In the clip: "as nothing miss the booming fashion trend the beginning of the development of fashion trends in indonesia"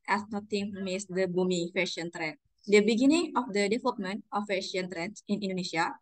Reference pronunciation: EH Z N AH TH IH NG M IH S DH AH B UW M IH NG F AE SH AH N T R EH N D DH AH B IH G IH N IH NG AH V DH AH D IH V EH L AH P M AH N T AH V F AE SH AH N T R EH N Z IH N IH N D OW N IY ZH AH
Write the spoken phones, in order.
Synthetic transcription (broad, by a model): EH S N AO T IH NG M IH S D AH B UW M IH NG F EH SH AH N T R EH N D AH B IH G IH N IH NG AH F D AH D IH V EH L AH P M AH N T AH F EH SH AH N T R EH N S IH N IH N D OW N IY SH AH